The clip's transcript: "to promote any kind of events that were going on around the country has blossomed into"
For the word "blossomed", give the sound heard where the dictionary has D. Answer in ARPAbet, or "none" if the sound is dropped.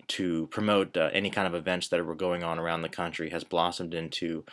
D